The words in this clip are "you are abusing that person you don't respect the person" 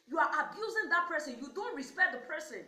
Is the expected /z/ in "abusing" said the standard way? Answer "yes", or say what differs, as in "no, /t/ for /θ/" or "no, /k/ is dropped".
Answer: yes